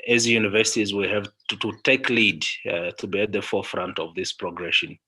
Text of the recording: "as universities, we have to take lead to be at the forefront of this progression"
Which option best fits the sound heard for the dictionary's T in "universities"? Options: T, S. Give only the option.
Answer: T